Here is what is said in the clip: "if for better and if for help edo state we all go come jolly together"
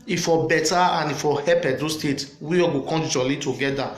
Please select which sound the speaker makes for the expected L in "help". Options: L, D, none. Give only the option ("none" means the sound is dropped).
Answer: none